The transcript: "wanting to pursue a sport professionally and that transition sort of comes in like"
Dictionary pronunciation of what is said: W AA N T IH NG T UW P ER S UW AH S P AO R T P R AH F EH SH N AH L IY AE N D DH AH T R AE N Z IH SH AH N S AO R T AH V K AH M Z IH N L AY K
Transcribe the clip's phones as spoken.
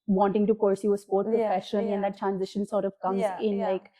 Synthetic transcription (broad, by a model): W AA N T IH NG T UW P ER S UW AH S P AO R T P R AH F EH SH AH N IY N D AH T R AE N Z IH SH AH N S AO R T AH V K AH M Z IH N L AY K